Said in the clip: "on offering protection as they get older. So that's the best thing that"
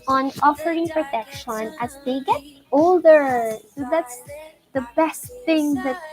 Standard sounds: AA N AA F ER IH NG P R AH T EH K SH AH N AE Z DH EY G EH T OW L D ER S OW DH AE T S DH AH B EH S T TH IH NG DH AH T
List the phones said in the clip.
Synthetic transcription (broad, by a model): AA N AA F ER IH NG P R AH T EH K SH AH N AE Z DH EY G EH T OW L D ER S OW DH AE T S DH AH B EH S T TH IH NG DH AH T